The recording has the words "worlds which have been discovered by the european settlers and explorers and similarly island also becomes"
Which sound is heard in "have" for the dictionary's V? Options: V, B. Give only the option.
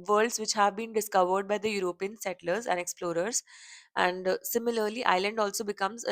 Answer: V